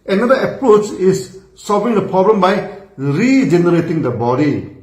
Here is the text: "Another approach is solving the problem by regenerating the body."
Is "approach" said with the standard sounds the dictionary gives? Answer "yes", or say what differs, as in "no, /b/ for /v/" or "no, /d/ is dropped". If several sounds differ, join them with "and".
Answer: yes